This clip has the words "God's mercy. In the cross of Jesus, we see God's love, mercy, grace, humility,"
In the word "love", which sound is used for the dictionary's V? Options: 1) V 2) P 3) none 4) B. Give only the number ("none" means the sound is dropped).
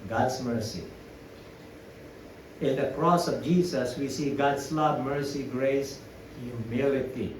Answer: 4